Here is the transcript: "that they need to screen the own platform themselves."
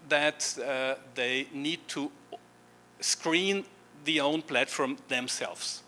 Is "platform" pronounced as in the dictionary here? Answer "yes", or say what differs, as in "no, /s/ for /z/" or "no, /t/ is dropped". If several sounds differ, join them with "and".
yes